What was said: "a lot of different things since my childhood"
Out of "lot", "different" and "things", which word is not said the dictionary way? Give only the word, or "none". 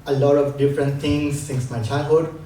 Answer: things